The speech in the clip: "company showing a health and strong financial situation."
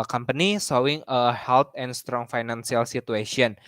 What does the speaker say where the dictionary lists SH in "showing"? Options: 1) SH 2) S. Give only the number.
2